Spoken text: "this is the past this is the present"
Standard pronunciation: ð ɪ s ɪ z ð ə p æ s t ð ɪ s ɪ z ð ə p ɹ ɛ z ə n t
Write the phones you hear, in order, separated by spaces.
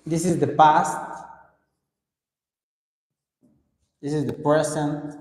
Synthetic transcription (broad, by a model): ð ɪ s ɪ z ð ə p æ s t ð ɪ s ɪ z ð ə p ɹ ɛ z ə n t